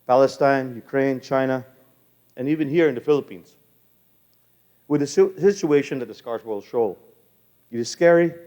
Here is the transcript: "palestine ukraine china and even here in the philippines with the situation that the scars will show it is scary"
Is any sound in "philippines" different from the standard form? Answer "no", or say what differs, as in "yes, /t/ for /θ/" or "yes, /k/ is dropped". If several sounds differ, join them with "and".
no